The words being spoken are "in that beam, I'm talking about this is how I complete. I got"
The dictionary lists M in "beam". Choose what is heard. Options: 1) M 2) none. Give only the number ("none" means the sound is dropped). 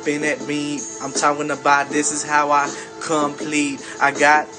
2